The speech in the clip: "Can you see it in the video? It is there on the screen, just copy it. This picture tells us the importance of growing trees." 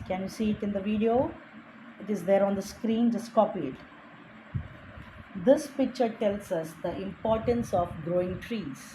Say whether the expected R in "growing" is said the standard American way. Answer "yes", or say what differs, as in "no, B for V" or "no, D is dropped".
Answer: yes